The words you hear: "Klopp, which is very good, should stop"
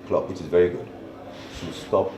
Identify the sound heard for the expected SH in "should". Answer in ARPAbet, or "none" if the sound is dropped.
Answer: S